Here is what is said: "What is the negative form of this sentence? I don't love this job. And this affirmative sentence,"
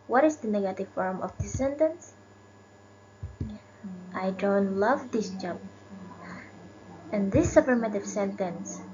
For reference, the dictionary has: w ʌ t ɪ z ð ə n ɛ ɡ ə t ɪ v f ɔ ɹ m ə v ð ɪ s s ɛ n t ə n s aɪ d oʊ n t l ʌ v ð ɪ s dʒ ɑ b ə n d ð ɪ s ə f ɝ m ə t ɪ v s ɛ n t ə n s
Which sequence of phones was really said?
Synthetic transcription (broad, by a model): w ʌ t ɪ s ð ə n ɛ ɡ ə t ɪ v f ɔ ɹ m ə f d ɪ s s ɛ n t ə n s aɪ d oʊ n t l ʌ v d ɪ s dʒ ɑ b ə n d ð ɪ s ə p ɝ m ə t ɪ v s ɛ n t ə n s